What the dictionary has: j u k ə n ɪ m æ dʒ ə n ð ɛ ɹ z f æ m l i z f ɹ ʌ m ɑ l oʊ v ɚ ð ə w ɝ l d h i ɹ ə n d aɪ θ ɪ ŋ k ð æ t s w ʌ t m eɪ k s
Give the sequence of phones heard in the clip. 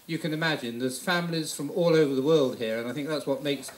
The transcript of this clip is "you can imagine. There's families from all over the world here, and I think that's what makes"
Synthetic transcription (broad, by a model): j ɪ k ə n ɪ m æ dʒ ə n ð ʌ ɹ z f æ m l i z f ɹ ʌ m ɑ l oʊ v ɚ ð ə w ɝ l d h i ɹ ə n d aɪ θ ɪ ŋ k ð æ t s w ʌ t m eɪ k s